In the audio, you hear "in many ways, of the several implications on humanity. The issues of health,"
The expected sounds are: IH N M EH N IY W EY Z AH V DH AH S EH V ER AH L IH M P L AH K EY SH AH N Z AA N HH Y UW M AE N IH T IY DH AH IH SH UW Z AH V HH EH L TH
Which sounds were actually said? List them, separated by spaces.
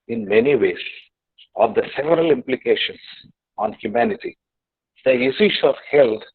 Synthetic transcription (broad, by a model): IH N M EH N IY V EY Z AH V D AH S EH V ER AH L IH M P L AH K EY SH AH N S AA N HH Y UW M AE N IH T IY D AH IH S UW S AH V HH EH L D